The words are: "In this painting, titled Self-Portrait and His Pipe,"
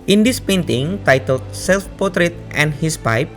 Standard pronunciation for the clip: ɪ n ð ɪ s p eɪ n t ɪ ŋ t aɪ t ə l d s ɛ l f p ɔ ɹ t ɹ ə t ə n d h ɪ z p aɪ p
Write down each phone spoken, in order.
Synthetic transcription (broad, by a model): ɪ n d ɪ s p eɪ n t ɪ ŋ t aɪ t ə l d s ɛ l f p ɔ t ɹ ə t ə n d h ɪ s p aɪ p